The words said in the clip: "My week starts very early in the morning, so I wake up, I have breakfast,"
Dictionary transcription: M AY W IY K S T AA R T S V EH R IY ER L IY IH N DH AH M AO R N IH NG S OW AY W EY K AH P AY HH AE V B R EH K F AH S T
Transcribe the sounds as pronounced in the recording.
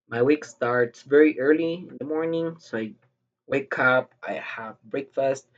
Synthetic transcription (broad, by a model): M AY W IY K S T AA R T S V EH R IY ER L IY IH N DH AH M AO R N IH NG S OW AY W EY K AH P AY HH AE V B R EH K F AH S T